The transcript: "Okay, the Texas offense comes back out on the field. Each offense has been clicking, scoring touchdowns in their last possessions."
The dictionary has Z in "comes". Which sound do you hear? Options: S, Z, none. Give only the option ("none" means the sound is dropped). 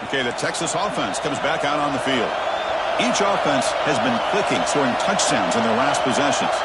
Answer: Z